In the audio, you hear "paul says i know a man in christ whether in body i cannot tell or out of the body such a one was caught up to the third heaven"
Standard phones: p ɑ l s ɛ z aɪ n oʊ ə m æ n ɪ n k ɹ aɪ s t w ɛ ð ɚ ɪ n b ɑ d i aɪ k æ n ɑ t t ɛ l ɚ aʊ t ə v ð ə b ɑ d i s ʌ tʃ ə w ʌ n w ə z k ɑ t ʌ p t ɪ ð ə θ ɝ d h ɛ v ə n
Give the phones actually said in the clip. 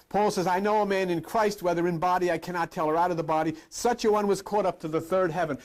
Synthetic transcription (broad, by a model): p ɑ l s ɛ z aɪ n oʊ ə m æ n ɪ n k ɹ aɪ s t w ɛ ð ɚ ɪ n b ɑ d i aɪ k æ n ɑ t t ɛ l ɚ aʊ t ə v ð ə b ɑ d i s ʌ tʃ ə w ʌ n w ə z k ɑ t ʌ p t ɪ ð ə θ ɝ d h ɛ v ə n